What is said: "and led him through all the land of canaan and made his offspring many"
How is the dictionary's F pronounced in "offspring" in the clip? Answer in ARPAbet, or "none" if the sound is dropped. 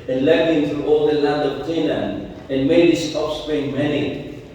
P